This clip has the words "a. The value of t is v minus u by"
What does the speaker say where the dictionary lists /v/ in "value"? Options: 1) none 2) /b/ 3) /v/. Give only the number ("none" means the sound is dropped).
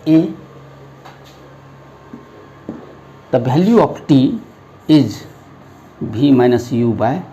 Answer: 2